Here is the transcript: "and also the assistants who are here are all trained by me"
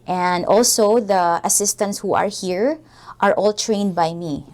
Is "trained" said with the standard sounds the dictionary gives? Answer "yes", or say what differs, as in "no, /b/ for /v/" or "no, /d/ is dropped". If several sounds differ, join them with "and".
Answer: yes